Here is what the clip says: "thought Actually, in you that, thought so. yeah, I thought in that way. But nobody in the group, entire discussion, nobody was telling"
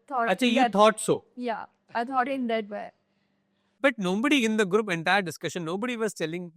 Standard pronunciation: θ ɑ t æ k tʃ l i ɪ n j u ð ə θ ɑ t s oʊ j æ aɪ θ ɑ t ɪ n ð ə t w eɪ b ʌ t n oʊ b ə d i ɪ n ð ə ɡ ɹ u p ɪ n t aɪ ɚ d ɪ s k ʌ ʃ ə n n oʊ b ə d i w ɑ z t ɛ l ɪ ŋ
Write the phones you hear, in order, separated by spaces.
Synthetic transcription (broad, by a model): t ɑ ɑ tʃ i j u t ɑ t s oʊ j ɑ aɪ t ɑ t ɪ n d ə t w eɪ b ʌ t n oʊ b ə d i ɪ n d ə ɡ ɹ u p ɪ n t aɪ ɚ d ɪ s k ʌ ʃ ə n n oʊ b ə d i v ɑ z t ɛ l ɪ ŋ